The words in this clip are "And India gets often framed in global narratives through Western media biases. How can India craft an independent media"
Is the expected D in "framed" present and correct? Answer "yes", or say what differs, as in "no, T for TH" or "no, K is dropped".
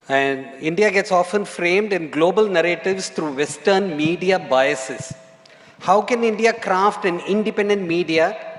yes